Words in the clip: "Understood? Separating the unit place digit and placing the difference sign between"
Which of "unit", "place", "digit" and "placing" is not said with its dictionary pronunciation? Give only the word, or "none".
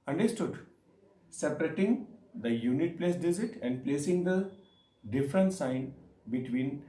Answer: digit